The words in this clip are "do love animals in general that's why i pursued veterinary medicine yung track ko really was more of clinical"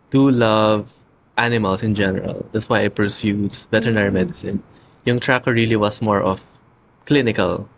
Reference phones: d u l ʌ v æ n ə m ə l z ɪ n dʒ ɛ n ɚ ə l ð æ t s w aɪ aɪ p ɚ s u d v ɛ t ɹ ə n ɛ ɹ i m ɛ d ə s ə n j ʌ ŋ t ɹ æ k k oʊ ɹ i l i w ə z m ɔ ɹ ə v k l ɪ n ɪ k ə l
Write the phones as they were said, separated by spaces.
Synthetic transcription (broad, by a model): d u l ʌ v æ n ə m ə l s ɪ n dʒ ɛ n ɚ ə l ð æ t s w aɪ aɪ p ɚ s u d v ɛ t ɹ n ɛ ɹ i m ɛ d ə s ə n j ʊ ŋ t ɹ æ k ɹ ɹ i l i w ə s m ɔ ɹ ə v k l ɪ n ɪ k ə l